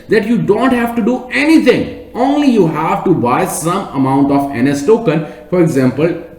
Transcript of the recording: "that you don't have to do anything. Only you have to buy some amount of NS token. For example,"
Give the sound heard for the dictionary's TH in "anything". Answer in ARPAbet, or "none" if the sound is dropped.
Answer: T